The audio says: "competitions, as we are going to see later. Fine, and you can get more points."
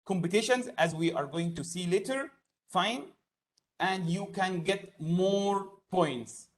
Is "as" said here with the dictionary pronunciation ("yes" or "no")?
yes